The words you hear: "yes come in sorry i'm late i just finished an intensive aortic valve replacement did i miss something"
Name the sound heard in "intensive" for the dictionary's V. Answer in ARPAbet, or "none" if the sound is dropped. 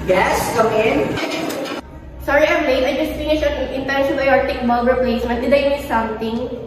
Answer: B